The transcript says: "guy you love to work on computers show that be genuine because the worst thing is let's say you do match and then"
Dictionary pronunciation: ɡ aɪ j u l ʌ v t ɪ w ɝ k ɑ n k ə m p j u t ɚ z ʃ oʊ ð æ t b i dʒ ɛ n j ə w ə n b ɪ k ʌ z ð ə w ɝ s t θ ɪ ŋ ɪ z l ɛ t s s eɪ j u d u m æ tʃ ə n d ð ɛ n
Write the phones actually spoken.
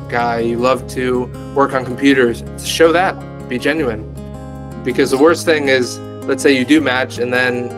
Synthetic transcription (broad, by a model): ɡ aɪ j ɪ l ʌ v t ɪ w ɝ k n k m p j u t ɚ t ʃ oʊ ð æ t b i dʒ ɛ n j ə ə n b ɪ k ʌ z ð ə w ɝ s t θ ɪ ŋ ɪ z l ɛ t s s eɪ j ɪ d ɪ m æ tʃ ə n ð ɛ n